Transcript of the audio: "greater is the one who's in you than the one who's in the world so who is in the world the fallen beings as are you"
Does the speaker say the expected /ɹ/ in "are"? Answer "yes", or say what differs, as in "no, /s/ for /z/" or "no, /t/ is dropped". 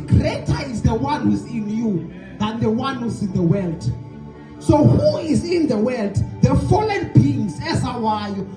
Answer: no, /w/ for /ɹ/